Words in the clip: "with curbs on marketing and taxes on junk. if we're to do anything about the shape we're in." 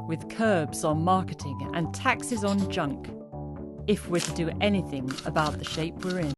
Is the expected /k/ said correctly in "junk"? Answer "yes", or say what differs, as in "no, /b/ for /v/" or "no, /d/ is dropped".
yes